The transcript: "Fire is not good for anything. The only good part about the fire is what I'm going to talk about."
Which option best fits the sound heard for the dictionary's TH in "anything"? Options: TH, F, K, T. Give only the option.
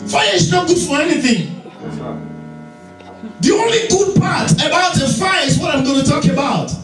TH